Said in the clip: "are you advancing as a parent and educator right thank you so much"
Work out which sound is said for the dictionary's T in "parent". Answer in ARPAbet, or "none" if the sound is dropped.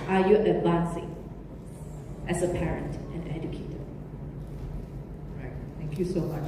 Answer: T